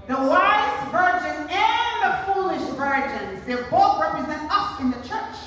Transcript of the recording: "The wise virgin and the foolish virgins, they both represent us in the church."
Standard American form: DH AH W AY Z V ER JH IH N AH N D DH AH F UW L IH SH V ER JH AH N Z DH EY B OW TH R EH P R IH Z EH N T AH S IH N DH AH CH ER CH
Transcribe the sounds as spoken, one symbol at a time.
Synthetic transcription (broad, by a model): DH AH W AY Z V ER JH IH N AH N DH AH F UW L IH SH V ER JH AH N Z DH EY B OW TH R EH P R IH Z EH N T AH S IH N DH AH CH ER CH